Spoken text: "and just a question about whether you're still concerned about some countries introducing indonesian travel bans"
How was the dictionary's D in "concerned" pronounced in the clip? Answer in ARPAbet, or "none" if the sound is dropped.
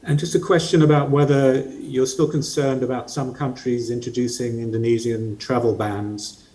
D